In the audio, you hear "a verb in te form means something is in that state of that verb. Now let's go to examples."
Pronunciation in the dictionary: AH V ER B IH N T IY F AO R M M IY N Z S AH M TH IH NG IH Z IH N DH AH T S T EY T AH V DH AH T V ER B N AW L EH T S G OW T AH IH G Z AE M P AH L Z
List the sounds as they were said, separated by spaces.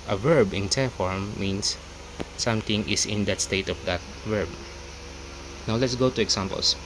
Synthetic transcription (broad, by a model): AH V ER B IH N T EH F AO R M M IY N S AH M T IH NG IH S IH N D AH T S T EY T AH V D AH T V ER B N AW L EH T S G OW T AH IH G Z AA M P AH L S